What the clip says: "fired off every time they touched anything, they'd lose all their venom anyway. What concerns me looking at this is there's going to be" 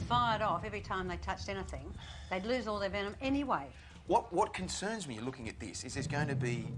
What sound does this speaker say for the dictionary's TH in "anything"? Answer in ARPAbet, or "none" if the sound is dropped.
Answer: TH